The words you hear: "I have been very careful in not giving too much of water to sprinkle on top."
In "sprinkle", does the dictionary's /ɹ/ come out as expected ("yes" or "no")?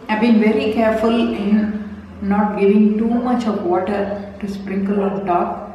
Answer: yes